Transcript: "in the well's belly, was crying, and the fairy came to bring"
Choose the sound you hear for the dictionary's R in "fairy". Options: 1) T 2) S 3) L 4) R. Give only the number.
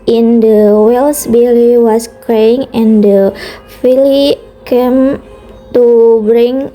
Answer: 3